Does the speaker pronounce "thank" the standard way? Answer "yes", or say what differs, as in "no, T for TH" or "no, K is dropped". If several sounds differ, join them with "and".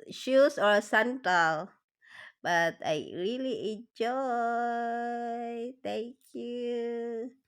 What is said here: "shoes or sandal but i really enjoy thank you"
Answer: no, T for TH